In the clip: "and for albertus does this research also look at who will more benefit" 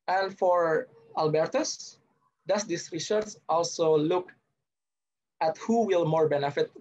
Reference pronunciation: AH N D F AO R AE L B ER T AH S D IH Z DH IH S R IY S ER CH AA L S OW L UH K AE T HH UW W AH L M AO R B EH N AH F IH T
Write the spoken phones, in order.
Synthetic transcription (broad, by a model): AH N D F AO R AE L B ER T AH S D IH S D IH S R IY SH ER S AA L S OW L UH K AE T HH UW W AH L M AO R B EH N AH F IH T